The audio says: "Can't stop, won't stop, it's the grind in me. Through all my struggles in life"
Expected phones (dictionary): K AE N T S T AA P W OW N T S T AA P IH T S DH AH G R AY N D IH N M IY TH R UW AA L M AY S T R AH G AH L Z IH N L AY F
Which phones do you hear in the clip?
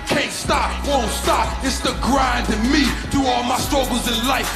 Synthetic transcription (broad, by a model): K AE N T S T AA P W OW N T S T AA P IH T S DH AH G R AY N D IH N M IY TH UW AA L M AY S T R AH G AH L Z IH N L AY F